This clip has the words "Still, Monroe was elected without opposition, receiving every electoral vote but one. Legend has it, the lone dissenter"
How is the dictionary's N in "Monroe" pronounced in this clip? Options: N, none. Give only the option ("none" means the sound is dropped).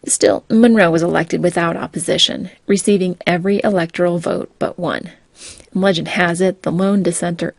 N